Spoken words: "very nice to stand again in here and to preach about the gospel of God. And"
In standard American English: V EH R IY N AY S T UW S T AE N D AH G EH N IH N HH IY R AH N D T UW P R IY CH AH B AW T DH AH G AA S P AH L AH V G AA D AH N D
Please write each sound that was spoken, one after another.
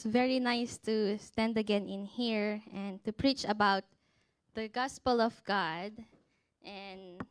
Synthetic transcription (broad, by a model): V EH R IY N AY S T UW S T AE N D AH G EH N IH N HH IY R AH N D T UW P R IY CH AH B AW T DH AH G AA S P AH L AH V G AA D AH N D